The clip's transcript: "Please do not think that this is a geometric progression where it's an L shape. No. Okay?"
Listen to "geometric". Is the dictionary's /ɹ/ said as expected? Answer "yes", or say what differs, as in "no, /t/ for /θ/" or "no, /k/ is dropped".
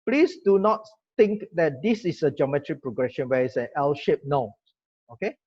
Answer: yes